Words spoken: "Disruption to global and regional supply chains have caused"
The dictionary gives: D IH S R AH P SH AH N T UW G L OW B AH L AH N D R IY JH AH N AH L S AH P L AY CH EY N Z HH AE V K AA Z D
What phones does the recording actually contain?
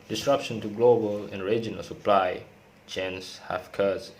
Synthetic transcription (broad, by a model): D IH S R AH P SH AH N T UW G L OW B AH L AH N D R IY JH AH N AH L S AH P L AY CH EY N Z HH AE F K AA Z